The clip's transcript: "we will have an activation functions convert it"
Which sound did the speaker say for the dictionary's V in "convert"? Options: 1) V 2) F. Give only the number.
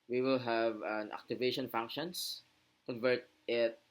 1